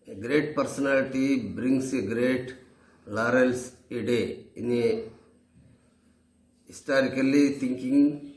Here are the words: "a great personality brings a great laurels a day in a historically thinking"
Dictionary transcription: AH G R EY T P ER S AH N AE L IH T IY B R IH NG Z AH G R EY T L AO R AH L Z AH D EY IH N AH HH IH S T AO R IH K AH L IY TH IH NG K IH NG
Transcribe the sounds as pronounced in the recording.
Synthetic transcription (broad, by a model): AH G R EY T P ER S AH N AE L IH T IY B R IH NG S AH G R EY T L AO R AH L S AH D EY IH N AH HH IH S T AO R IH K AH L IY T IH NG K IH NG